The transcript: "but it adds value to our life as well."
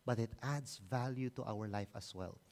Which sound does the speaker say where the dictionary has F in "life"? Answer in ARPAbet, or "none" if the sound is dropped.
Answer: F